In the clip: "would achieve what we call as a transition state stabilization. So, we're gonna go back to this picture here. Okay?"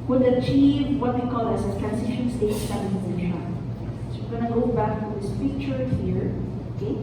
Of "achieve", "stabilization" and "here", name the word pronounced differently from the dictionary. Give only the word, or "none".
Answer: stabilization